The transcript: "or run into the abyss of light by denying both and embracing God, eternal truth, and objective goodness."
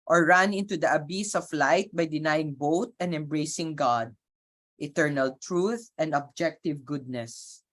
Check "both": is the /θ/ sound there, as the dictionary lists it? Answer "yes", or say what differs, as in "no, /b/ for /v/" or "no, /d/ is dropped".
no, /t/ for /θ/